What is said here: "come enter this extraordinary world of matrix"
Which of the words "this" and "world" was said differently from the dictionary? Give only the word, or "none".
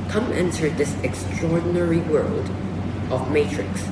none